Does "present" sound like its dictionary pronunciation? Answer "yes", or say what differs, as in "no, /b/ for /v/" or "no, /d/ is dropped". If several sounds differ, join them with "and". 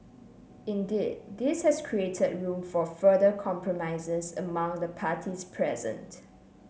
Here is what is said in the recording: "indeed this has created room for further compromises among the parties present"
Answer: yes